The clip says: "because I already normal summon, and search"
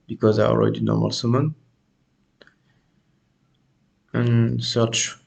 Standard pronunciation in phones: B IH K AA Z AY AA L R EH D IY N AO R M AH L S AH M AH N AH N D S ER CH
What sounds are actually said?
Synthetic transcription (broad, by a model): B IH K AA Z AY AA L R EH D IY N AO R M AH L S AH M AH N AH N S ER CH